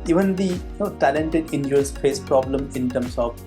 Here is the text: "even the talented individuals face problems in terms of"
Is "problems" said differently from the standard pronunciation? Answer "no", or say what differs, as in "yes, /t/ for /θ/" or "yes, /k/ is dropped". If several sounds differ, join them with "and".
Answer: yes, /z/ is dropped